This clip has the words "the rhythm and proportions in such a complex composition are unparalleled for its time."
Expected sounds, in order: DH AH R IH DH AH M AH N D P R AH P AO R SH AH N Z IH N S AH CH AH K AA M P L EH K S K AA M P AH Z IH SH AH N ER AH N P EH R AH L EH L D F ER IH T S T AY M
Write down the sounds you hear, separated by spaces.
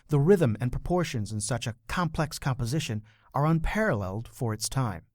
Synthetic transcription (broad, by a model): DH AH R IH DH AH M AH N P R AH P AO R SH AH N Z IH N S AH CH AH K AA M P L EH K S K AA M P AH Z IH SH AH N ER AH N P EH R AH L EH L D F ER IH T S T AY M